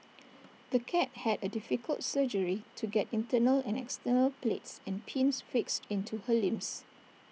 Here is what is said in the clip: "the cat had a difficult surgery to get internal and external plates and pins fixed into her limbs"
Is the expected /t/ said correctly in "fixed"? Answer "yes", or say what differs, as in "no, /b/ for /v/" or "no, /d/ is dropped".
yes